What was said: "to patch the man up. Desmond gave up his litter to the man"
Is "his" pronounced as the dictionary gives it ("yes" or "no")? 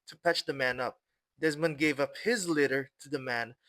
yes